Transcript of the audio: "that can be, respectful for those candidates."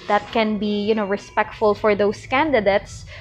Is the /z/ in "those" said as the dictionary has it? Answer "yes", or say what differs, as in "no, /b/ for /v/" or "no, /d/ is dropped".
no, /s/ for /z/